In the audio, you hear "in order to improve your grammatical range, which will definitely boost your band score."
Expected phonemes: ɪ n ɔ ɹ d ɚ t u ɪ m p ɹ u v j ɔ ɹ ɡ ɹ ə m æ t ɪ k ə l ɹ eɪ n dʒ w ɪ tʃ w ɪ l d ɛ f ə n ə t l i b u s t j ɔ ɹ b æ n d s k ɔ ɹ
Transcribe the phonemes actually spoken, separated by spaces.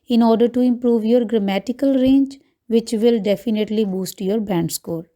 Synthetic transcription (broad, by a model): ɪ n ɔ ɹ d ɚ t u ɪ m p ɹ u v j ɔ ɹ ɡ ɹ ə m æ t ɪ k ə l ɹ eɪ n dʒ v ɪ tʃ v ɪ l d ɛ f ə n ə t l i b u s t j ɔ ɹ b æ n d s k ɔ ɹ